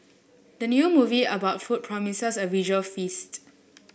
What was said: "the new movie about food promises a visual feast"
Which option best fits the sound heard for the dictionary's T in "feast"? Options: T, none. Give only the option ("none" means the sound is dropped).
T